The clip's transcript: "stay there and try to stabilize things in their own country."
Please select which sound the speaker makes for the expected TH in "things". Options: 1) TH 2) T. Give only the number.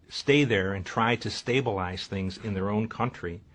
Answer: 1